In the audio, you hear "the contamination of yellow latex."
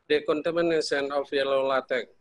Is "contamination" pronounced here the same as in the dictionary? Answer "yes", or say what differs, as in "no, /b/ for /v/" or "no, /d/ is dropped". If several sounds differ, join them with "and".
no, /s/ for /ʃ/